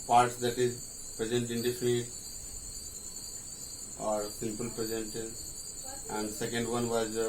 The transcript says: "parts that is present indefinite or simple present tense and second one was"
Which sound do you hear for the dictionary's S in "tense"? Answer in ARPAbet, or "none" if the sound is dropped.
none